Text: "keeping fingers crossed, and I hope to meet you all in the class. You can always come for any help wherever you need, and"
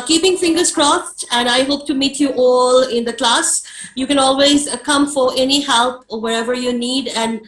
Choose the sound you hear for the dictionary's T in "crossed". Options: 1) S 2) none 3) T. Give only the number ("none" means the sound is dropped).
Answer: 3